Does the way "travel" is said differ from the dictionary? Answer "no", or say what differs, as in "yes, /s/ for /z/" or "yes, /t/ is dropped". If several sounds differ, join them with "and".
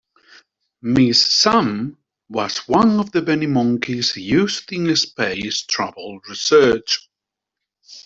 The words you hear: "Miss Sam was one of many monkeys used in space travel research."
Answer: yes, /b/ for /v/